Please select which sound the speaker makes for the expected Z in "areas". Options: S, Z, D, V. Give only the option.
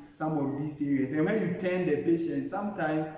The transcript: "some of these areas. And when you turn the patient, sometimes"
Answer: S